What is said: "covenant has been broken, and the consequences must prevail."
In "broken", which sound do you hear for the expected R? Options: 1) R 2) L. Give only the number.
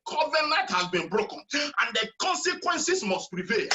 1